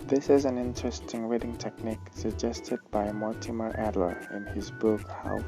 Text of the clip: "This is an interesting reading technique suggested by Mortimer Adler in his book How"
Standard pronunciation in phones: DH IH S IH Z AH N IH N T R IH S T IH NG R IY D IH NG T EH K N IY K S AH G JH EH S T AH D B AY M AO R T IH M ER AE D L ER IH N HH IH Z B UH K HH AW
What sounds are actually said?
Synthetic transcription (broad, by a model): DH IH S IH Z AH N IH N T R IH S T IH NG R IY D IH NG T EH K N IY K S AH G JH EH S T AH D B AY M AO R T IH M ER AE D L ER IH N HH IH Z B UH K HH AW